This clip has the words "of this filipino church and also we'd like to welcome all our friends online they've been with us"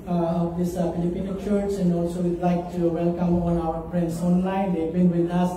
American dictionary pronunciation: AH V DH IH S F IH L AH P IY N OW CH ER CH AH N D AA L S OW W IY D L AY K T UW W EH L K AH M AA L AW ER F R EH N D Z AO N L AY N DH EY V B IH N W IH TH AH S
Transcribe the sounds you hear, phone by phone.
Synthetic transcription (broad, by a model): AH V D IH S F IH L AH P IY N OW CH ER S AH N D AA L S OW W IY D L AY K T UW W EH L K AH M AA N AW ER P R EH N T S AO N L AY N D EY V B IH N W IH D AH S